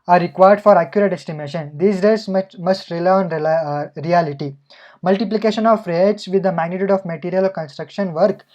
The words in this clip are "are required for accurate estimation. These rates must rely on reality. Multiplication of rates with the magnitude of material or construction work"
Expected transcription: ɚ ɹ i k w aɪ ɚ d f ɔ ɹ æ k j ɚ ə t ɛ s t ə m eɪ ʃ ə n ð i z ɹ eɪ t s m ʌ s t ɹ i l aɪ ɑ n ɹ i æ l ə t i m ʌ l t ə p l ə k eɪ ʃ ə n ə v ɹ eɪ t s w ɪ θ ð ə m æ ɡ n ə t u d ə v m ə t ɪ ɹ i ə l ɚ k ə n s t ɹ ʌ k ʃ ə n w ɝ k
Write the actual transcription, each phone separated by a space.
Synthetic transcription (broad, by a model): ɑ ɹ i k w aɪ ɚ d f ɔ ɹ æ k j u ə t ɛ s t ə m eɪ ʃ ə n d i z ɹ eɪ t s m ʌ s t ɹ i l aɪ ɑ n ɹ i æ l ə t i m ʌ l t ə p l ə k eɪ ʃ ə n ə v ɹ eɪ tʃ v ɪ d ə m æ ɡ n ə t u d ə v m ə t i ɹ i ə l k ə n s t ɹ ʌ k ʃ ə n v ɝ k